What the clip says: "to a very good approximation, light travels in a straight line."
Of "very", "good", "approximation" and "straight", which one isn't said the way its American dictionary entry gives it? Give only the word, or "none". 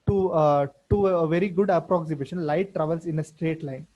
none